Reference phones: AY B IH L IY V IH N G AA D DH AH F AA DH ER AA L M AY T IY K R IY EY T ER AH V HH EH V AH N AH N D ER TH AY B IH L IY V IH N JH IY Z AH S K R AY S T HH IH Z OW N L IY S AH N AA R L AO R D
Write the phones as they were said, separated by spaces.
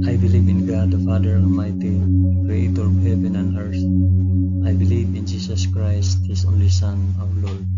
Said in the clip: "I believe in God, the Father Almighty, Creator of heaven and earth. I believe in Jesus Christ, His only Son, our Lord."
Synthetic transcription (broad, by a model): AY B IH L IY V IH N G AA D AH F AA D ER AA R M AY T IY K R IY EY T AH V HH EH V AH N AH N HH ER S AY B IH L IY V IH N JH IY S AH S K R AY S T HH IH S OW N L IY S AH N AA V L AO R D